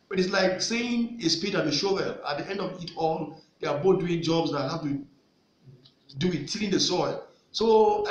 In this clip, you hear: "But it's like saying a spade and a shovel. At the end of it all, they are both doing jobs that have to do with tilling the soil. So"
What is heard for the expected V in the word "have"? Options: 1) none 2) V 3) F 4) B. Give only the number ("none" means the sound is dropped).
3